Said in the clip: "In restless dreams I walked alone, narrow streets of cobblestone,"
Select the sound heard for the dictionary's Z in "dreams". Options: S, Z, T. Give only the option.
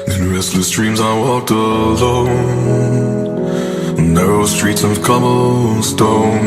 Z